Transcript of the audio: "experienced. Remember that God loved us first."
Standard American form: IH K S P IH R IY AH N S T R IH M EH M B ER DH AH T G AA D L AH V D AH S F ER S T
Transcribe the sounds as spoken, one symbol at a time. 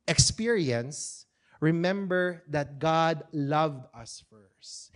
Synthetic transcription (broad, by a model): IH K S P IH R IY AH N S R IH M EH M B ER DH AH T G AA D L AH V D AH S F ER S T